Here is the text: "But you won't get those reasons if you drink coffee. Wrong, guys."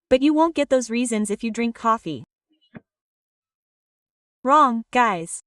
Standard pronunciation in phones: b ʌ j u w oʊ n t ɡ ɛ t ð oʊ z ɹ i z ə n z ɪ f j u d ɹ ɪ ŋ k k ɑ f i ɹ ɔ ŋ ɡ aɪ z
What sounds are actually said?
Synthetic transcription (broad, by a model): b ʌ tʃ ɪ w oʊ n ɡ ɛ t ð oʊ z ɹ i z ə n z ɪ f j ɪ d ɹ ɪ ŋ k k ɑ f i ɹ ɔ ŋ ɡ aɪ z